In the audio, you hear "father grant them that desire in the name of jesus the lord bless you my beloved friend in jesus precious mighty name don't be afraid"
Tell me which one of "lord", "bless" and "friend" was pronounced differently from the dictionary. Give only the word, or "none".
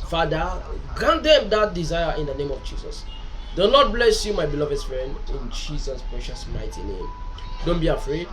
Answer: lord